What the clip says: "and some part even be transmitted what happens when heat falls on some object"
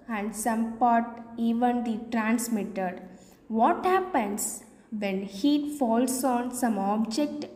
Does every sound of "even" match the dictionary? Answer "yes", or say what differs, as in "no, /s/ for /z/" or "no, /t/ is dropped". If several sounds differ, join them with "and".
yes